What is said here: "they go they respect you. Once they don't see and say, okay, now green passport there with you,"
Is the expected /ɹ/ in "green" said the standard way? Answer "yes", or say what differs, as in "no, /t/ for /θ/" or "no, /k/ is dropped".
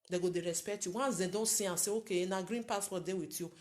yes